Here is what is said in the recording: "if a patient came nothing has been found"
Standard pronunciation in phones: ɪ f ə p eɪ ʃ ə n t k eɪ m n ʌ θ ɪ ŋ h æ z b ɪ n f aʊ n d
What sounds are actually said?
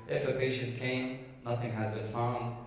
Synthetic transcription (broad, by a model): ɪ f ə p eɪ ʃ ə n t k eɪ m n ʌ θ ɪ ŋ h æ z b ɪ n f aʊ n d